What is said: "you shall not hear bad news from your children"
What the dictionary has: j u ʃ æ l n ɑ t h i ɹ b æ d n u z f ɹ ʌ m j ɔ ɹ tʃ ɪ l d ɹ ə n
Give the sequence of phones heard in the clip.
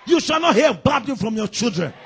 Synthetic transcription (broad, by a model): j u ʃ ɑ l n ɑ t h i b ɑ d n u f ɹ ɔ m j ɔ tʃ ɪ l d ɹ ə n